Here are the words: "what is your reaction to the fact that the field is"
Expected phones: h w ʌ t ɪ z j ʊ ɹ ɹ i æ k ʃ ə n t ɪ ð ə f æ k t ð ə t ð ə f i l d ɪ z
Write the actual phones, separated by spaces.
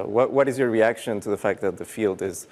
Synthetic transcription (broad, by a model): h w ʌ t ɪ z j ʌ ɹ ɹ i æ k ʃ ə n t ɪ ð ə f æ k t ð ə t ð ə f i l d ɪ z